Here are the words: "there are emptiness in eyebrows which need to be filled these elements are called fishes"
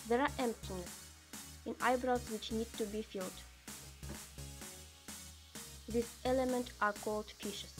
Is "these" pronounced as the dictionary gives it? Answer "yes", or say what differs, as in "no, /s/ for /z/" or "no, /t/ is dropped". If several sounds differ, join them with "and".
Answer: no, /s/ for /z/